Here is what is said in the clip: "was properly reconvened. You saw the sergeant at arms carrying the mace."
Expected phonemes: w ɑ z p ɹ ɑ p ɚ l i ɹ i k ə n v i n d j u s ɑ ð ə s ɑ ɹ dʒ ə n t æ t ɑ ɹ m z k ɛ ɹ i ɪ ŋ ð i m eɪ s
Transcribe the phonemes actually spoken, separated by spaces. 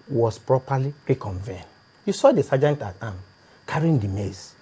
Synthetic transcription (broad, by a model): w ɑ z p ɹ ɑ p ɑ l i ɹ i k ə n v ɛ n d j u s ɑ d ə s ɑ dʒ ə n t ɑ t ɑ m k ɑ ɹ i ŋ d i m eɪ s